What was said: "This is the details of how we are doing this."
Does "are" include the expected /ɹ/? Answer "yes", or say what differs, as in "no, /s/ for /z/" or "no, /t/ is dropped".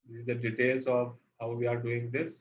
yes